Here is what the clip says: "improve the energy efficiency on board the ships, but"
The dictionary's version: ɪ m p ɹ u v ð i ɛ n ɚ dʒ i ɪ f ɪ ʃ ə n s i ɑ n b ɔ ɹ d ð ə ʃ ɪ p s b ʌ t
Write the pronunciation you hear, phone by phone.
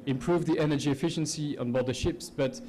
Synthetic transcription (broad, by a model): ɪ m p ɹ u v ð i ɛ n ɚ dʒ i ɪ f ɪ ʃ ə n s i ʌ n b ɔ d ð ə ʃ ɪ p s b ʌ t